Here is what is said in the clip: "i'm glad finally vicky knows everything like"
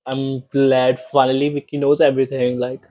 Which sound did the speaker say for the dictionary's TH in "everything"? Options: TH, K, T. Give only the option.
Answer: T